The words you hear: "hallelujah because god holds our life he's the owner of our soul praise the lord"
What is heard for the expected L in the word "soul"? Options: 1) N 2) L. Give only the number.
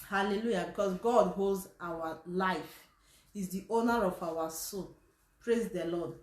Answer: 1